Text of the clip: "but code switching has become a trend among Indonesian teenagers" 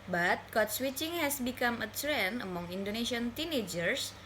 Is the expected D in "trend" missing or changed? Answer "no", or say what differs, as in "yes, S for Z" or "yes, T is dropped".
yes, D is dropped